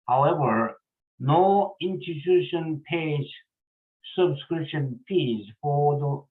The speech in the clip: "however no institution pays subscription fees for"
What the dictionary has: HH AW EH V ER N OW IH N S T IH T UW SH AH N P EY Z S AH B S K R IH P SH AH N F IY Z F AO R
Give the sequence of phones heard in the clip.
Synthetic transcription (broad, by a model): HH AW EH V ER N OW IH N S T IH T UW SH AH N P EY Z S AH B S K R IH P SH AH N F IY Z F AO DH